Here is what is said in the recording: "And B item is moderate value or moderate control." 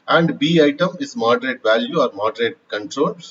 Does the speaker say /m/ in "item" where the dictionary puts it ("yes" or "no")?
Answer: yes